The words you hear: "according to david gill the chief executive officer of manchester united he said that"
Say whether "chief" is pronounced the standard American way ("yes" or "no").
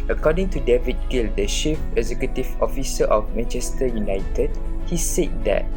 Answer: no